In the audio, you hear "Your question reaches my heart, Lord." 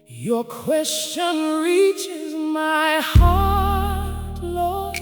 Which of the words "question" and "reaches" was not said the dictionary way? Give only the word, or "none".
none